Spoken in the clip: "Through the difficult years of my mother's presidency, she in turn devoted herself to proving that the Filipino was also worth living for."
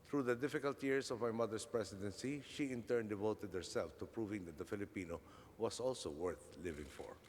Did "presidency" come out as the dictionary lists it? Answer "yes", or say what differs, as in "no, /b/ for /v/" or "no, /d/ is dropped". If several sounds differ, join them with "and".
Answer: no, /s/ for /z/